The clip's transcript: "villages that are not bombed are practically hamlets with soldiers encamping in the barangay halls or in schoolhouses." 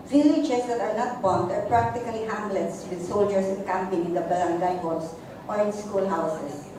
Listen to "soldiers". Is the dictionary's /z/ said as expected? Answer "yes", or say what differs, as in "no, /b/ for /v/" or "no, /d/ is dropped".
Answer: no, /s/ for /z/